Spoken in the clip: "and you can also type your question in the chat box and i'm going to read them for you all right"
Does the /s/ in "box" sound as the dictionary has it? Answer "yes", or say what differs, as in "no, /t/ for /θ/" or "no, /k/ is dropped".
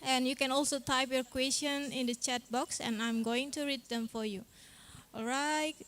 yes